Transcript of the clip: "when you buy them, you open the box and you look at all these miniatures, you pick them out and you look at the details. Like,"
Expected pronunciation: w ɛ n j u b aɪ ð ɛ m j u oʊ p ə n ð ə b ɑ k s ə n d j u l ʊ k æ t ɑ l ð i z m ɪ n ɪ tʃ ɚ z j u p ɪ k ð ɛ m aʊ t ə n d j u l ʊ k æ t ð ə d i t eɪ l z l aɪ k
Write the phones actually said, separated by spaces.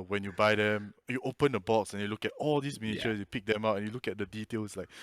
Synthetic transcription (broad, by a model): w ɛ n j u b aɪ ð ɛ m j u oʊ p ə n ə b ɑ k s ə n j u l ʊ k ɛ t ɑ l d i s m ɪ n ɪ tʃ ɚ s j u p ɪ k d ɛ m aʊ t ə n j u l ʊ k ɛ t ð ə d i t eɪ l s l aɪ k